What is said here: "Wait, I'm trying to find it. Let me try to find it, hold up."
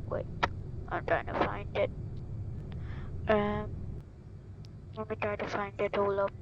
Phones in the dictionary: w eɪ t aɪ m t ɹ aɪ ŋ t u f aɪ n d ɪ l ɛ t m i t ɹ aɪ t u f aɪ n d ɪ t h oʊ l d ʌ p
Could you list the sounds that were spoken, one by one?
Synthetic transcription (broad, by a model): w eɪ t aɪ m t ɹ aɪ ŋ t u f aɪ n d ɪ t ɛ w m i t ɹ aɪ t u f aɪ n d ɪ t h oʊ l ʌ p